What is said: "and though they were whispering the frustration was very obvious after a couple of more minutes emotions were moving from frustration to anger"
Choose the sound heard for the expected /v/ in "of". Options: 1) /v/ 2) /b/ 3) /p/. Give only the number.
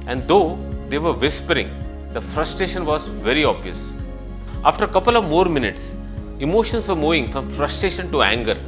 1